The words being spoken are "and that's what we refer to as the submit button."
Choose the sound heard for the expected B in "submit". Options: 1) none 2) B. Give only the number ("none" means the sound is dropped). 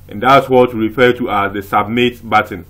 2